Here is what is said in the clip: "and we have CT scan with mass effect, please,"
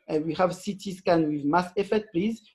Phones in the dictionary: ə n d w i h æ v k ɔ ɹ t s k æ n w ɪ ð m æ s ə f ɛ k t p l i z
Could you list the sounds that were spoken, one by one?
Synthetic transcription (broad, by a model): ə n w i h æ v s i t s k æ n w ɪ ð m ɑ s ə f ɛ t p l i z